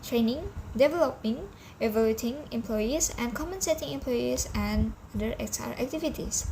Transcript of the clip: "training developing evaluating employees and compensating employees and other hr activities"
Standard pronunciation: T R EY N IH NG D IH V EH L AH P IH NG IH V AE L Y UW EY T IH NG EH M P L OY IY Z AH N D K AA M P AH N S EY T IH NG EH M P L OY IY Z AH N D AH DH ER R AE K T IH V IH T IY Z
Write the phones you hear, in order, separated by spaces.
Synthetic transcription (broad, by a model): T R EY N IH NG D IH V EH L AH P IH NG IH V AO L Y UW T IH NG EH M P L OY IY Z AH N K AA M AH N S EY T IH NG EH M P L OY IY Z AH N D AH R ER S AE K T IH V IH T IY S